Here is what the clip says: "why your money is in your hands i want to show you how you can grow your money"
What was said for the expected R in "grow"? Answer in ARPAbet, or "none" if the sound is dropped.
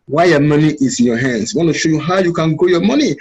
none